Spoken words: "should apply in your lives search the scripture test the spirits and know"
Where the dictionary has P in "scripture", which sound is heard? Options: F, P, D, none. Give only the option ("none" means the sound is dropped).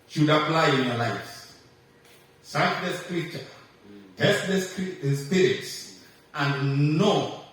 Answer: none